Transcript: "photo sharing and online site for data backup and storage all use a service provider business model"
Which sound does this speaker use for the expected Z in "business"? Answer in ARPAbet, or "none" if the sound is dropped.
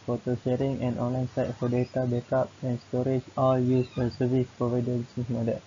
S